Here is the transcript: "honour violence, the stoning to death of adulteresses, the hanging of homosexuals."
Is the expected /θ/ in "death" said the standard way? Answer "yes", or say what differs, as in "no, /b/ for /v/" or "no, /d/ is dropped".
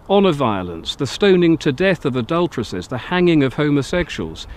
yes